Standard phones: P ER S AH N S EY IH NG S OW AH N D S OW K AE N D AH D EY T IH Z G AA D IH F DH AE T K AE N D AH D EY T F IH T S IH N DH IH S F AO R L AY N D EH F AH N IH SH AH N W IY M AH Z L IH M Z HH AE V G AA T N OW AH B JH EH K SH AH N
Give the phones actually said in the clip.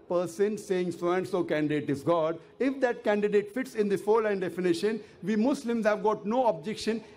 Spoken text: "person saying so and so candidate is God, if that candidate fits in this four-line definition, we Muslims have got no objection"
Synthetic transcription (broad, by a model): P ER S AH N S EY IH NG S OW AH N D S OW K AE N D AH D EY T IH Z G AA D IH F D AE T K AE N D AH D EY T F IH T S IH N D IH F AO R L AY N D EH F AH N IH SH AH N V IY M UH S L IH M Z HH AE V G AA T N OW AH B JH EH K SH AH N